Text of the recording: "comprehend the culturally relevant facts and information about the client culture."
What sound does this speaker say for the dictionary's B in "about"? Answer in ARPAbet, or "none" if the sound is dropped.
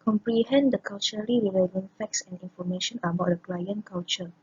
B